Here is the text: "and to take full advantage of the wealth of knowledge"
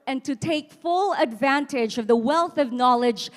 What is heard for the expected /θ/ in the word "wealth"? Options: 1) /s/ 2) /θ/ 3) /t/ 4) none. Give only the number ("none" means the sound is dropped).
2